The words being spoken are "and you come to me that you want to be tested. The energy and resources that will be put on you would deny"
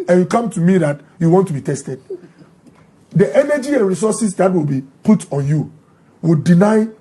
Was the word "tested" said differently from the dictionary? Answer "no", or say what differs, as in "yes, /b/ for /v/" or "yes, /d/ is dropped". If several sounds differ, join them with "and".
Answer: no